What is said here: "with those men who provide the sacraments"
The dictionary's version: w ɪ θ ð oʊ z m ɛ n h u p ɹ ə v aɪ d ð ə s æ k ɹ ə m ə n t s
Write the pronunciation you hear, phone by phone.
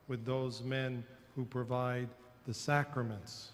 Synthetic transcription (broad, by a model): w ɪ ð oʊ z m ɛ n h u p ɹ ə v aɪ d ð ə s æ k ɹ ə m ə n t s